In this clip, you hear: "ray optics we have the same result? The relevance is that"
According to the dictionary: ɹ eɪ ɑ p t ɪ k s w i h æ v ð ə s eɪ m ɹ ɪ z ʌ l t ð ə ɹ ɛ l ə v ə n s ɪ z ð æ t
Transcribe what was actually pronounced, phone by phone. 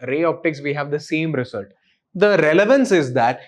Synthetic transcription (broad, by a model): ɹ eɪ ɑ p t ɪ k s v i h æ v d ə s eɪ m ɹ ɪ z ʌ l t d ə ɹ ɛ l ə v ə n s ɪ z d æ t